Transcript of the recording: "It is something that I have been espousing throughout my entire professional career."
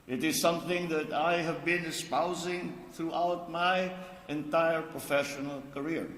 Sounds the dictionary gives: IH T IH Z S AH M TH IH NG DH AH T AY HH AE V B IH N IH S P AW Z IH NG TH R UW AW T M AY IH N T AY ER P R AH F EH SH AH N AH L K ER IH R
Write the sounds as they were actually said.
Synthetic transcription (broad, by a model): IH T IH Z S AH M TH IH NG DH AH T AY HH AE V B IH N IH S P AW Z IH NG TH R UW AW T M AY IH N T AY ER P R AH F EH SH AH N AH L K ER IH R